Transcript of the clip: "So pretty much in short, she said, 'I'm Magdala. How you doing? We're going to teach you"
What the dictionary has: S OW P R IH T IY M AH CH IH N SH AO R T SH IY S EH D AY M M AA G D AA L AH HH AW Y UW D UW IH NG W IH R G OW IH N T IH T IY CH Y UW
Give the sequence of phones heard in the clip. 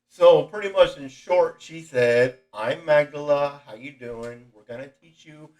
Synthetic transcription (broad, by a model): S OW P R IH T IY M AH CH IH N SH AO R T SH IY S EH D AY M M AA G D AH L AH HH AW Y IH D UW IH NG W IH R G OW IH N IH T IY CH Y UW